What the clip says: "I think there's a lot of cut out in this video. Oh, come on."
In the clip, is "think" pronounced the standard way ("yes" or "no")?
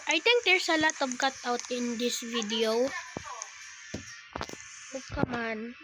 no